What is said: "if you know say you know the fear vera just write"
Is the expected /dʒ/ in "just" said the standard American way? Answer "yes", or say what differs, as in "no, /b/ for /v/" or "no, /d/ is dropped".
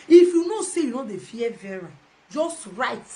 yes